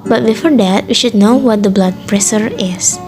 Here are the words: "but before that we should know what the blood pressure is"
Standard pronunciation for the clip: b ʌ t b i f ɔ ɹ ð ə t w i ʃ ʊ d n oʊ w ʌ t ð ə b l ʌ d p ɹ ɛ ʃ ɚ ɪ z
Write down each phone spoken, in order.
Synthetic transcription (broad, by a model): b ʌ t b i f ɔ ɹ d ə t w i ʃ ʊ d n oʊ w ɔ t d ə b l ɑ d p ɹ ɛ s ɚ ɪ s